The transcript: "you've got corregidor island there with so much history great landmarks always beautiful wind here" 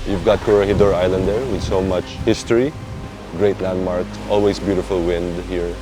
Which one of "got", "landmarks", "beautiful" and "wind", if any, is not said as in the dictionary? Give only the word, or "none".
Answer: landmarks